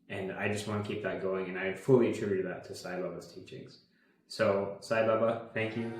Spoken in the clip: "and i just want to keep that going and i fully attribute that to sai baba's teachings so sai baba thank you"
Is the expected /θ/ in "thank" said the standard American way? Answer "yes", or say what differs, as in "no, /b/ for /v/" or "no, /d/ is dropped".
yes